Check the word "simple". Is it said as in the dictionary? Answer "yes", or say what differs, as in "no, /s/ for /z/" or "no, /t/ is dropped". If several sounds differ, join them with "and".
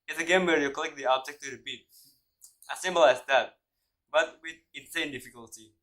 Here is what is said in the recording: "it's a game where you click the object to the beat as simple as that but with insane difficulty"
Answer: no, /b/ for /p/